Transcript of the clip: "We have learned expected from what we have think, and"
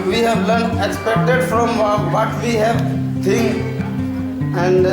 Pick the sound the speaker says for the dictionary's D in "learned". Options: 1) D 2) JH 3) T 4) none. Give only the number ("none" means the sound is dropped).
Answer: 4